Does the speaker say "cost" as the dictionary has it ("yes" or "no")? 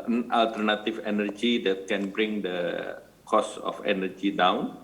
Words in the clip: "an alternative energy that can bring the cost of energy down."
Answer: no